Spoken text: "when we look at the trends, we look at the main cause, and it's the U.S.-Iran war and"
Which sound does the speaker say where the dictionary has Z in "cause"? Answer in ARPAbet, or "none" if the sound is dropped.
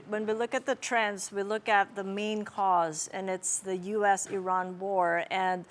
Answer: Z